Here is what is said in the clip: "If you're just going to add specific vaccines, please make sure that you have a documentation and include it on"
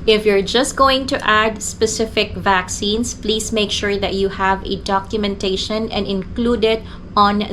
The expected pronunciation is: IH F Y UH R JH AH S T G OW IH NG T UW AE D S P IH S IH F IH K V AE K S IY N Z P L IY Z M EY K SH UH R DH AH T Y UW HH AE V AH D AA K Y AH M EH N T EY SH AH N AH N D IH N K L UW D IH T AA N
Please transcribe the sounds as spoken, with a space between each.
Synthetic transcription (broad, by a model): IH F Y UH R JH AH S T G OW IH NG T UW AE D S P IH S IH F IH K V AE K S IY N S P L IY S M EY K SH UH R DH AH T Y UW HH AE V AH D AA K Y AH M EH N T EY SH AH N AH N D IH N K L UW D IH T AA N